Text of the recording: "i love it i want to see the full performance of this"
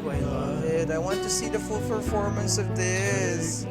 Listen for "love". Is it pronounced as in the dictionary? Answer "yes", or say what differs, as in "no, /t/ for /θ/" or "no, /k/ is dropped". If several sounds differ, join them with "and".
no, /v/ is dropped